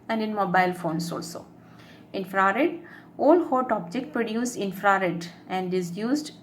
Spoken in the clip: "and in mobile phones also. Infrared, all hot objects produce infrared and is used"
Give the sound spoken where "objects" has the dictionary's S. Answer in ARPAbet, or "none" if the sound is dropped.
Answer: none